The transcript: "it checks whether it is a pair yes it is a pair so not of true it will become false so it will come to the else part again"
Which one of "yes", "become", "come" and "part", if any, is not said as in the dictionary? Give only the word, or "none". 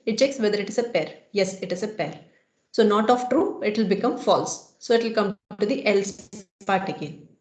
none